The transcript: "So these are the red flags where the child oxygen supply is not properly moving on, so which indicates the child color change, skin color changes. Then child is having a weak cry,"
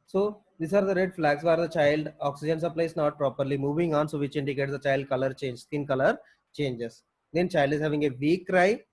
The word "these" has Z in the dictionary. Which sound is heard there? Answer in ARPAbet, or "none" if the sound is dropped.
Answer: S